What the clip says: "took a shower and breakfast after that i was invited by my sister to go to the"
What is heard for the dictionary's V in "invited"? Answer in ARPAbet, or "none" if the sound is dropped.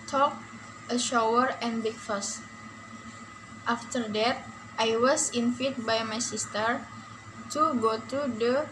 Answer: F